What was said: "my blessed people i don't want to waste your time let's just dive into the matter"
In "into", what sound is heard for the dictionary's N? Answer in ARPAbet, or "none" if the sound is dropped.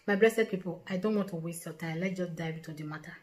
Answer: none